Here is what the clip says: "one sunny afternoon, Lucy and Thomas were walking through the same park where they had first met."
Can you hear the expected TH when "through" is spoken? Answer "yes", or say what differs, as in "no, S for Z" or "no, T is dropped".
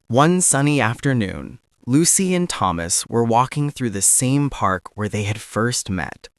yes